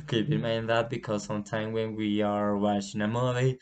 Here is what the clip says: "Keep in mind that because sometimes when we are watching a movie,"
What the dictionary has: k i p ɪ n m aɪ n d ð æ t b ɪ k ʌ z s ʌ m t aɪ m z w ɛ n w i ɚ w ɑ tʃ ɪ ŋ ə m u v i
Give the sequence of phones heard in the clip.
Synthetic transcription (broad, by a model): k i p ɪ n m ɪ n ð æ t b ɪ k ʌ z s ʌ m t aɪ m w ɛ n w i ɚ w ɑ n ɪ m ə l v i